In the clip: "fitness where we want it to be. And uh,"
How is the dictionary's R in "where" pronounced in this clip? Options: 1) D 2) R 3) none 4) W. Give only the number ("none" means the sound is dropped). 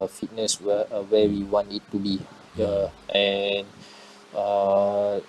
4